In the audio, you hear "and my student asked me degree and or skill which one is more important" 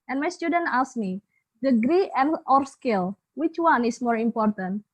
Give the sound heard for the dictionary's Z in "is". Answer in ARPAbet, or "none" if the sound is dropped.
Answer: S